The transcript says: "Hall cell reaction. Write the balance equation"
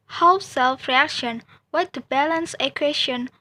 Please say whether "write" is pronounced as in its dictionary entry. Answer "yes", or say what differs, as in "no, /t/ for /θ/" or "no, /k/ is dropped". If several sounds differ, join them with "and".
no, /w/ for /ɹ/